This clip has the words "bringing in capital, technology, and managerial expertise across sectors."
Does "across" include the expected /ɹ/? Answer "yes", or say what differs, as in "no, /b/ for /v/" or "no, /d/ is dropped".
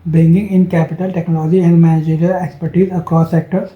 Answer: no, /ɹ/ is dropped